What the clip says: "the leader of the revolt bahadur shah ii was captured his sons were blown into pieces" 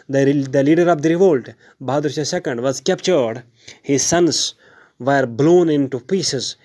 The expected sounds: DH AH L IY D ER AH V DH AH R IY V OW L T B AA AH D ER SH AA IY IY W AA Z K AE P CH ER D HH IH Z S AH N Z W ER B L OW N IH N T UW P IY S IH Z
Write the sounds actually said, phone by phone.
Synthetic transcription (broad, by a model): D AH L IY D ER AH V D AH R IY V OW L T B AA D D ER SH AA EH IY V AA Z K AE P CH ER D HH IH Z S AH N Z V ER B L OW N IH N T UW P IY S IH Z